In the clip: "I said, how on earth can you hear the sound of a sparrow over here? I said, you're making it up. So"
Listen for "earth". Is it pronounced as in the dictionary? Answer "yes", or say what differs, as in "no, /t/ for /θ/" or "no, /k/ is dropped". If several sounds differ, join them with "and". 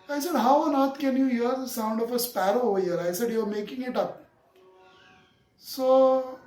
no, /t/ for /θ/